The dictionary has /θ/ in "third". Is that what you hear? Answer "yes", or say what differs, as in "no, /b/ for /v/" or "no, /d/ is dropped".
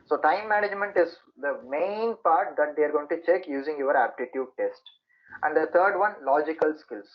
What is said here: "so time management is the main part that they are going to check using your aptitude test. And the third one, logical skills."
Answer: no, /t/ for /θ/